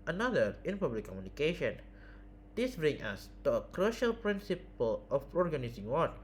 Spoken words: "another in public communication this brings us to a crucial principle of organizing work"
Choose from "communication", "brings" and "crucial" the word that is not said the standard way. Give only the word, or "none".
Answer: brings